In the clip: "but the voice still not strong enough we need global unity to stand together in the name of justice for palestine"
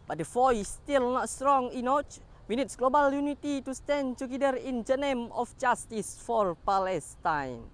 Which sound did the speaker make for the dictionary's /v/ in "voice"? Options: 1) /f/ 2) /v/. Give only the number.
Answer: 1